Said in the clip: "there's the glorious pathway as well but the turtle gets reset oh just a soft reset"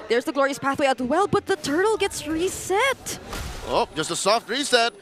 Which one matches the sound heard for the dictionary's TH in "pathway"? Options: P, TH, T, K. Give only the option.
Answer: TH